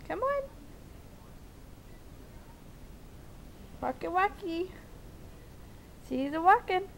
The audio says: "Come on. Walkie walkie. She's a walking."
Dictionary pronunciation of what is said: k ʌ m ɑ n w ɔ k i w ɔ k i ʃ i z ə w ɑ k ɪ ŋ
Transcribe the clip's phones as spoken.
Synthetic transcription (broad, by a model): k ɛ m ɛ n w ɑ k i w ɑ k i s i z ə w ɑ k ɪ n